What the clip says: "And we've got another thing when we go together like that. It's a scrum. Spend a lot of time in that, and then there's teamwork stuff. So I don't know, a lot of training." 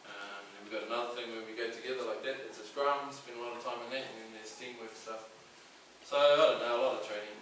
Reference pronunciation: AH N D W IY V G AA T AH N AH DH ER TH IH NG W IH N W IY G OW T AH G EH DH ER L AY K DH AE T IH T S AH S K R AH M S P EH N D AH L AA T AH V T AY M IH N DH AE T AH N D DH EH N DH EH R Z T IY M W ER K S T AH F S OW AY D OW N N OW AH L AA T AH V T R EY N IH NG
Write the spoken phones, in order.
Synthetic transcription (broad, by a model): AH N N W IY V G AA T AH N AH DH ER TH IH NG W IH N W IY G OW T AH G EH DH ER L AY K DH AE T IH T S AH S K R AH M S B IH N AH L AA T AH V T AY M IH N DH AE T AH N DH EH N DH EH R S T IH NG W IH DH S T AH F S OW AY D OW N N OW AH L AA T AH V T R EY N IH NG